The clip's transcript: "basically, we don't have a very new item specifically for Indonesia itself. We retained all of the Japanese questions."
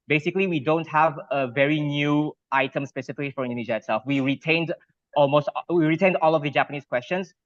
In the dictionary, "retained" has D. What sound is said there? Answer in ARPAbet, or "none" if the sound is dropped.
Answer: D